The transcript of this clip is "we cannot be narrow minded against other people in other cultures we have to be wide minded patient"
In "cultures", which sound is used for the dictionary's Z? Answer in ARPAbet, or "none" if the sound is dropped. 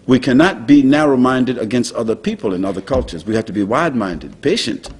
Z